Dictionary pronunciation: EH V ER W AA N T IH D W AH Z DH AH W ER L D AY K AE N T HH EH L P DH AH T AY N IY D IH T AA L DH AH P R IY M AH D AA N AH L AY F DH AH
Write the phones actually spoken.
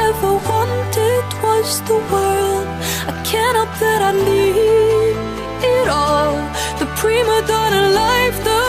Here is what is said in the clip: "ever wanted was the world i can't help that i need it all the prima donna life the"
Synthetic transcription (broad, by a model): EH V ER W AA N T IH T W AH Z DH AH W ER L D AY K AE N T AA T DH AH T AY L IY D IH T AA L DH AH P R IY M AH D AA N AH L AY F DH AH